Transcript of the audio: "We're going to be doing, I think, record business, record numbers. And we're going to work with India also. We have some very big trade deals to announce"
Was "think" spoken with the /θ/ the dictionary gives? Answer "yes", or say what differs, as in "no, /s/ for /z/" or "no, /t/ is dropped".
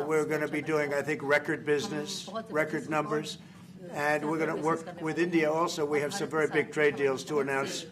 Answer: yes